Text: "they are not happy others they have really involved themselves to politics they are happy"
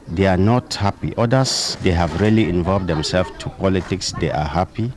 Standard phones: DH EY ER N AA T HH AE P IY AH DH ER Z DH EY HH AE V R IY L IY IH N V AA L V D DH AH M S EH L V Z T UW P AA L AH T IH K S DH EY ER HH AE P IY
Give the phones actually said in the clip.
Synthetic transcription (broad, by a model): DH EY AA N AA T HH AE P IY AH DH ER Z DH EY HH AE V R IY L IY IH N V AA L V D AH M S EH L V T UW P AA L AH T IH K S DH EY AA HH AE P IY